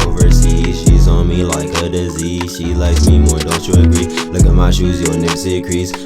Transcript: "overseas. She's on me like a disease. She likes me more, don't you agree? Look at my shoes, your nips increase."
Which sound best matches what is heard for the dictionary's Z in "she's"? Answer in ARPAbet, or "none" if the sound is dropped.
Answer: Z